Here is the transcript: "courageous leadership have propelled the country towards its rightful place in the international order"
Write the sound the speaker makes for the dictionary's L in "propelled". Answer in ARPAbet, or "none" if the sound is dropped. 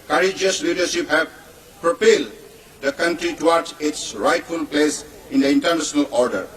L